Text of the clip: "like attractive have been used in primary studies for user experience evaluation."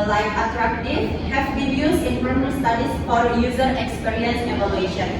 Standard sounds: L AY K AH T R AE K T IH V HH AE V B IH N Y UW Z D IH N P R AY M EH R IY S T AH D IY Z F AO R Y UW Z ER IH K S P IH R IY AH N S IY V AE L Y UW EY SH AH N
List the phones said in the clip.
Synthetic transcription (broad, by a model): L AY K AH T R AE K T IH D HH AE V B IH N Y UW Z IH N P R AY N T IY S T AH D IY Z F AO R Y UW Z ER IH K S P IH R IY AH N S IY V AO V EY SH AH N